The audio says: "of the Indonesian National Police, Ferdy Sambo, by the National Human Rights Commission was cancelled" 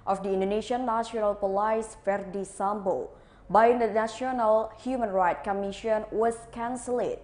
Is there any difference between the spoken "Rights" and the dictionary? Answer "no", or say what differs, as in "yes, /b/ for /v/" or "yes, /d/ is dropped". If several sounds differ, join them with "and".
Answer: yes, /s/ is dropped